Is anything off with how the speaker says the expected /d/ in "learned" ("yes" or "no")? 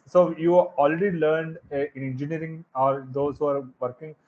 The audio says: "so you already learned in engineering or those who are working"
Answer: no